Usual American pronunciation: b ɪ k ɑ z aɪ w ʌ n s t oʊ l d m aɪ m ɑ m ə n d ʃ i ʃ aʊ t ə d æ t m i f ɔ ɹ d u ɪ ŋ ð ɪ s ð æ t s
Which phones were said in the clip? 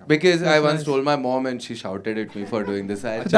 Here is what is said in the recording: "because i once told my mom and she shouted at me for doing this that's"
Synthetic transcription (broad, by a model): b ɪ k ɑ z aɪ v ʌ n s t oʊ l d m aɪ m ɑ m ə n d ʃ i ʃ aʊ t ə d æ t m i f ɔ ɹ d u ɪ ŋ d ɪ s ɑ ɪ